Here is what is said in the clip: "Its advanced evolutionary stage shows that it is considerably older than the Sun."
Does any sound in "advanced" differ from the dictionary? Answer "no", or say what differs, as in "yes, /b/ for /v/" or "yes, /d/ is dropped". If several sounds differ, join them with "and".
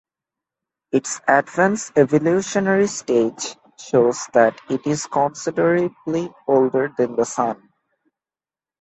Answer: yes, /t/ is dropped